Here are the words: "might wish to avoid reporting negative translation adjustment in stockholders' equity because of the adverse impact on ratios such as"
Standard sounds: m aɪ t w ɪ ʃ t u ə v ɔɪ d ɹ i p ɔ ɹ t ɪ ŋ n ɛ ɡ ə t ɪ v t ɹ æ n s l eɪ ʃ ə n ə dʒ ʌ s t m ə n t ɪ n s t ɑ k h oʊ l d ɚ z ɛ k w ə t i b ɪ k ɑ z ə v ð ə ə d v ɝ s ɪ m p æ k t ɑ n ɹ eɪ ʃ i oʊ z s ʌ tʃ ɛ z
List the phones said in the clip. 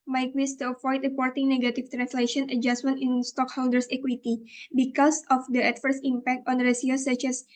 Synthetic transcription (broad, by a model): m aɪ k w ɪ s t u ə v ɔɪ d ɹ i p ɔ ɹ t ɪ ŋ n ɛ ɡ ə t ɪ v t ɹ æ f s l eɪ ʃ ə n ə dʒ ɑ s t m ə n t ɪ n s t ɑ k h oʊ l d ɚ s ɛ k w ə t i b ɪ k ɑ s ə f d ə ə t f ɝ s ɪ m p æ k t ɑ n ɹ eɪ s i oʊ s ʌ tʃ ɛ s